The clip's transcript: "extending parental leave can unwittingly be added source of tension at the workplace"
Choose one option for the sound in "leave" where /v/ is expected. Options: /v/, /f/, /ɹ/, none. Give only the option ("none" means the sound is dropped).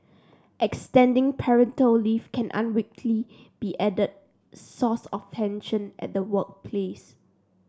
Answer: /f/